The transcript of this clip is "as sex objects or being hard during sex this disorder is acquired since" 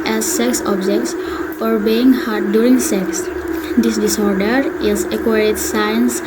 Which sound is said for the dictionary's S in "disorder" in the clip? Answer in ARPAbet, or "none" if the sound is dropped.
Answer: S